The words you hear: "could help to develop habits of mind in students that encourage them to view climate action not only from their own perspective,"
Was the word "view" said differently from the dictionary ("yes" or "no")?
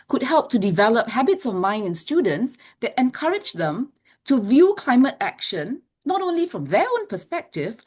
no